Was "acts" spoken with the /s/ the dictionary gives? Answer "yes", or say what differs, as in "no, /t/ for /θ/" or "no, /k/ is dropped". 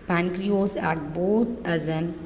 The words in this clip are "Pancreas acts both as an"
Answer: no, /s/ is dropped